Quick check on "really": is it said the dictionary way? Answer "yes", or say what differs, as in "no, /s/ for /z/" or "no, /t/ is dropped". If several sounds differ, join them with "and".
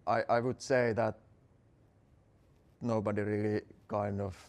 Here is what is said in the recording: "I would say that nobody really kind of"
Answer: yes